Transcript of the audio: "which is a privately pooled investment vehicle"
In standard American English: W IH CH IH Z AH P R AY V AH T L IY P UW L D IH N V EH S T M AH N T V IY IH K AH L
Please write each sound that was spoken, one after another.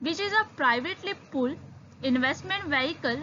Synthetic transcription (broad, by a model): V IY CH IH Z AH P R AY V AH T L IY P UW L IH N V EH S T M AH N T V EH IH K AH L